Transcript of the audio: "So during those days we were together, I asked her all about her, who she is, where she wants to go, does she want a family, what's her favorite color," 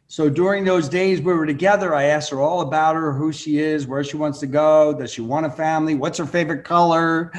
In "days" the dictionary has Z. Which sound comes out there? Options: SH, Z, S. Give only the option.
Z